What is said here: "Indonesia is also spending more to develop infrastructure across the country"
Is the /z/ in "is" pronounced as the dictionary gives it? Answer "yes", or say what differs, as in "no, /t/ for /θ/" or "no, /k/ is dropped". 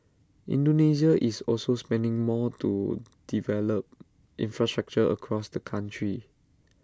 no, /s/ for /z/